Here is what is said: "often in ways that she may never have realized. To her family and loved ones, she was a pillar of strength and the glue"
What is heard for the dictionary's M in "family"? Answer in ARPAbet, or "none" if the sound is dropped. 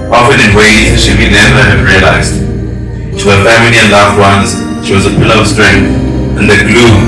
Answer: M